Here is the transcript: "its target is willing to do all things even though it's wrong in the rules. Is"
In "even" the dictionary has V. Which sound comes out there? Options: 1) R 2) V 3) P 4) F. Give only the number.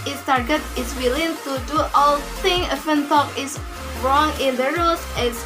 4